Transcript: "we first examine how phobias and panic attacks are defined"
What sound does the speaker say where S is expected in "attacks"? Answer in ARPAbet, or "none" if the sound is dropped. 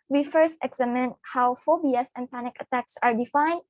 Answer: S